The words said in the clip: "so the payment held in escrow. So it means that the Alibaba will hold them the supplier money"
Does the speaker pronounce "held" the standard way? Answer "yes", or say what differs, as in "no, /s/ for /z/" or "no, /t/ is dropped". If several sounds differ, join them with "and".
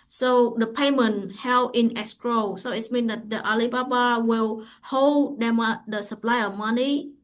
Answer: no, /d/ is dropped